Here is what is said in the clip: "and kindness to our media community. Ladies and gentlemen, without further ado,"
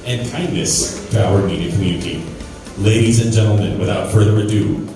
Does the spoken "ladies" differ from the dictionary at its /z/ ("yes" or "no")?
no